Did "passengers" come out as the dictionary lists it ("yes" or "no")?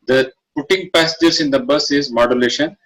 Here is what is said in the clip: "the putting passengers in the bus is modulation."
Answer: no